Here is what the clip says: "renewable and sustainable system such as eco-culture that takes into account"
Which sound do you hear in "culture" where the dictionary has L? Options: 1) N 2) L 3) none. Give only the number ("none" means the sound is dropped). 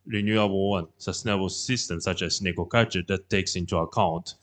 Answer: 3